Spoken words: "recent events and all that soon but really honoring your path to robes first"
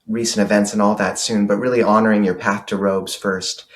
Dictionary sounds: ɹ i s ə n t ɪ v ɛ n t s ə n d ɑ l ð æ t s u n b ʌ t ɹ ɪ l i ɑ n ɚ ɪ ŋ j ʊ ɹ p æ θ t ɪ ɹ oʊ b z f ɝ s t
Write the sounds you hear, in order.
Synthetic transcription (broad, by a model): ɹ i s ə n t ɪ v ɛ n t s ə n ɑ l ð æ t s u n b ʌ t ɹ ɪ l i ɑ n ɚ ɪ ŋ j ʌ ɹ p æ θ t ɪ ɹ oʊ b z f ɝ s t